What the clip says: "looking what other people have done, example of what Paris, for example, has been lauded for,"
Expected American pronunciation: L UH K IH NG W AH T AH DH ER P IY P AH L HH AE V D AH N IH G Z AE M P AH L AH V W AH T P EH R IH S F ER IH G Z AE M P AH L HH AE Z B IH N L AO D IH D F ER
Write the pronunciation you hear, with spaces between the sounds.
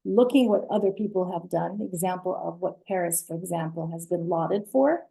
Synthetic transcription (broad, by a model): L UH K IH NG W AH T AH DH ER P IY P L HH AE V D AH N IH G Z AE M P L AH V W AH T P EH R IH S F ER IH G Z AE M P L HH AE Z B IH N L AO D IH D F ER